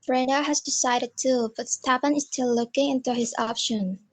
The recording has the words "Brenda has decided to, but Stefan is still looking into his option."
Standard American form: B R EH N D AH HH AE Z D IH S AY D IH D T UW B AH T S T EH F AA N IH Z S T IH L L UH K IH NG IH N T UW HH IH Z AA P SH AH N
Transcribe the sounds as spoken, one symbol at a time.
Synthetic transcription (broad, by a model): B R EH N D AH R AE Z D IH S AY D IH D T UW B AH T S T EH P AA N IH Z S T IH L L UH K IH NG IH N T UW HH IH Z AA P SH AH N